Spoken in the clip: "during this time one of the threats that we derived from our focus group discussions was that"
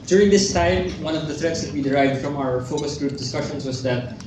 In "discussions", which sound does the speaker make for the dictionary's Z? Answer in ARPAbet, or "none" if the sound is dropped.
S